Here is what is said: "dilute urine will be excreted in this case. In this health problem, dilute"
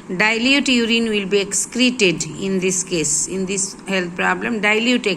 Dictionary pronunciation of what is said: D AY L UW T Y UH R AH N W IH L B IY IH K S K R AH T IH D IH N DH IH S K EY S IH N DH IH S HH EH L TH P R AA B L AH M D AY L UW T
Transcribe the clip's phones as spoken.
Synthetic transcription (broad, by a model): D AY L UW T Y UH R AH N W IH L B IY IH K S K R AH T IH D IH N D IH S K EY S IH N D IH S HH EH L T P R AA B L AH M D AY L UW T